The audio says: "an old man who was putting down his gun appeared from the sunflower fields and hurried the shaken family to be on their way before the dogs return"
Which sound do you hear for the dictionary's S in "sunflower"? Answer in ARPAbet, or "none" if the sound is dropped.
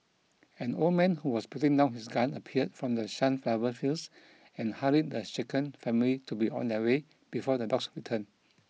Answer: SH